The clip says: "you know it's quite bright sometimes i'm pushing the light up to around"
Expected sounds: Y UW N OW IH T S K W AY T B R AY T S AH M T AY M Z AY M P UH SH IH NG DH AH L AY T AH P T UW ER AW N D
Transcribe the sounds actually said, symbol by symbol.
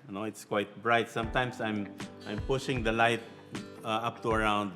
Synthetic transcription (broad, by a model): N OW IH T S K W AY T B R AY T S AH M T AY M S AY M P UH SH IH NG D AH L AY T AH P T UW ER AW N D